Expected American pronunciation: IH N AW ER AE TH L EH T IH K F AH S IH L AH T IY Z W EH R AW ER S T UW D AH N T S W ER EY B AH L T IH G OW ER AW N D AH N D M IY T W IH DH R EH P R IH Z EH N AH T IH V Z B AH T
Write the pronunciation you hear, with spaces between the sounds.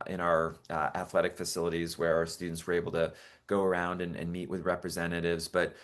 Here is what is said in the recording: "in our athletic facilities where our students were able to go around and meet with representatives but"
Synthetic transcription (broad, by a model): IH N AW ER AE TH L EH T IH K F AH S IH L AH T IY Z W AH R AW ER S T UW D N T S W ER EY B L T IH G OW ER AW N D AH N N M IY T W IH DH R EH P R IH Z EH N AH T IH V Z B AH T